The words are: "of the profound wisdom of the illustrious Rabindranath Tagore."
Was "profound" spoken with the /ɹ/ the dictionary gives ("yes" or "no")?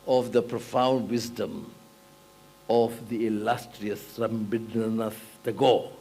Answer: yes